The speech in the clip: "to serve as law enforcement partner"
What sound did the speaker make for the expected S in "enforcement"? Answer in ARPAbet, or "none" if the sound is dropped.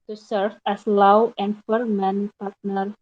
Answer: none